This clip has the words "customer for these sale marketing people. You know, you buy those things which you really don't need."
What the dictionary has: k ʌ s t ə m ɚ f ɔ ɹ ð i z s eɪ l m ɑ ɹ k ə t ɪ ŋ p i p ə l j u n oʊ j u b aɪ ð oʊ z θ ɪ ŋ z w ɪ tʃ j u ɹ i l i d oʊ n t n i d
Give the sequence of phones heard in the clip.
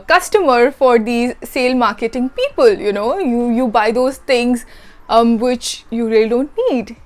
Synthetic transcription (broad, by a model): k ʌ s t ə m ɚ f ɔ ɹ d i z s eɪ l m ɑ ɹ k ə t ɪ ŋ p i p ə l j u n oʊ j u b aɪ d oʊ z t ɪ ŋ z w ɪ tʃ j u ɹ i l i d oʊ n t n i d